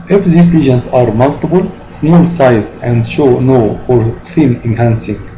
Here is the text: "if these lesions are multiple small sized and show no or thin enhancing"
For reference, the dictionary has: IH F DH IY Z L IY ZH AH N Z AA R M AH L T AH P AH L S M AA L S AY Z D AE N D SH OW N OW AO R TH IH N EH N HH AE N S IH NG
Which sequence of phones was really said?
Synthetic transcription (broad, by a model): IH F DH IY S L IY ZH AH N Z AA R M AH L T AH B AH L S M AA L S AY Z D AE N D SH OW N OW AO R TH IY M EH N HH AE N S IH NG